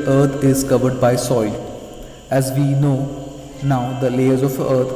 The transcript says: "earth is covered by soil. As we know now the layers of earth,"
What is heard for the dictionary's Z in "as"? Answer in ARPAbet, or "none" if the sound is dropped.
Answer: Z